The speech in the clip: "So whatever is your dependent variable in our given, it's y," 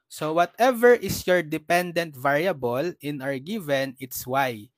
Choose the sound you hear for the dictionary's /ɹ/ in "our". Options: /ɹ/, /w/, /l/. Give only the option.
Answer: /ɹ/